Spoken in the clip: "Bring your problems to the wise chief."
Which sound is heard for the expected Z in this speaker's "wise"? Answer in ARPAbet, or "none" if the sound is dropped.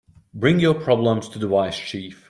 S